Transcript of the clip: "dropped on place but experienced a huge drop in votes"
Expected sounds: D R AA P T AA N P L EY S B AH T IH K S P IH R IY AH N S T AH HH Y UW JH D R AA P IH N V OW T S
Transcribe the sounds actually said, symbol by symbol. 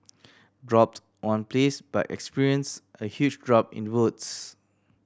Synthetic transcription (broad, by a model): D R AA P T AA N P L EY S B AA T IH K S P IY R IY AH N S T AH HH Y UW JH D R AA P IH N W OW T S